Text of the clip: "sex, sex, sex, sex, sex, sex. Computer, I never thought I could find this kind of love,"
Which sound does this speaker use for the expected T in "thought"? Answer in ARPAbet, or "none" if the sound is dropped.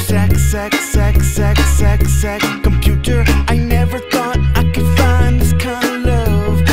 T